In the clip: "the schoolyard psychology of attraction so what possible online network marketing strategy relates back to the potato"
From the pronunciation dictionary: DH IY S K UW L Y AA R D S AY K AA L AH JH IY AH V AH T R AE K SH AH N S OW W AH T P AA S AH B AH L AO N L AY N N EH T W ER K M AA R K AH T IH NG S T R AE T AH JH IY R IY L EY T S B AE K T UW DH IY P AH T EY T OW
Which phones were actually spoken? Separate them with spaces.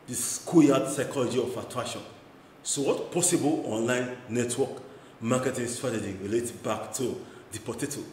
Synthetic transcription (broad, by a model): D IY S K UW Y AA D S AY K AA L AH JH IY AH F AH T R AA SH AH N S OW W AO T P AA S AH B AH L AO N L AY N N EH T W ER K M AA K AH T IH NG S T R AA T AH JH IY R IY L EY T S B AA K T UW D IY P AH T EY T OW